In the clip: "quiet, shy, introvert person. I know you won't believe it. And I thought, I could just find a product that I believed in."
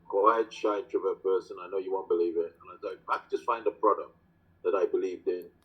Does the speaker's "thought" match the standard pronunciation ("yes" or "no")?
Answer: no